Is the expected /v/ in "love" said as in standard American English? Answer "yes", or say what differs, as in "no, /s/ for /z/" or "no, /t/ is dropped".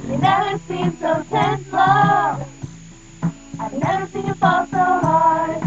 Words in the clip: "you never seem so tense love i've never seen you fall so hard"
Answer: no, /v/ is dropped